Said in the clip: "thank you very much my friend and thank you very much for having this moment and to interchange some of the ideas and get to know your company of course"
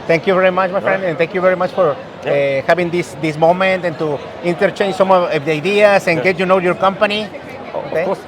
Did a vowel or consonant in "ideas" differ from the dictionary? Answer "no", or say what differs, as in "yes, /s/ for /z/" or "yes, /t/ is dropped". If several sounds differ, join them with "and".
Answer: yes, /s/ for /z/